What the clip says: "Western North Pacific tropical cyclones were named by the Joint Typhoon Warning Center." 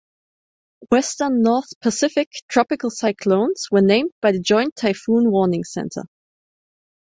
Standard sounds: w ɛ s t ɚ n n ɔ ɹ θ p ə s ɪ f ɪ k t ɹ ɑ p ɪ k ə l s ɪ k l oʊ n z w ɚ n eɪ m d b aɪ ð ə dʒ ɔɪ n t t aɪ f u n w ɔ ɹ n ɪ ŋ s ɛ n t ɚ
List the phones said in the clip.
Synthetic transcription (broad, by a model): w ɛ s t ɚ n n ɔ ɹ θ p ə s ɪ f ɪ k t ɹ ɑ p ɪ k ə l s ɪ k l oʊ n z w ɚ n eɪ m d b aɪ ð ə dʒ ɔɪ n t t aɪ f u n w ɔ ɹ n ɪ ŋ s ɛ n t ɚ